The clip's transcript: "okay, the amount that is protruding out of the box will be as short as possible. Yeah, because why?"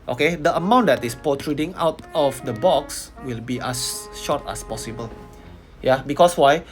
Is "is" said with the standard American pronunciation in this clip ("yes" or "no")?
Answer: no